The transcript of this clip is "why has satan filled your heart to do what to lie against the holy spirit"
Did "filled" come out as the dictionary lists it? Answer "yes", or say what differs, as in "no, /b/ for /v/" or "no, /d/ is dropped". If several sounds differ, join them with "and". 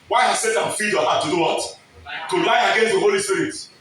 no, /l/ is dropped